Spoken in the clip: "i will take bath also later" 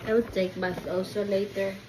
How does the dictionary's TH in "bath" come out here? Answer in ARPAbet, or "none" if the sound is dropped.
S